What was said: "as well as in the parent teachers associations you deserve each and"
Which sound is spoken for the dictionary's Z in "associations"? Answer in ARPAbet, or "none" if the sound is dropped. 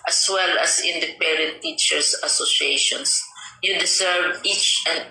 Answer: S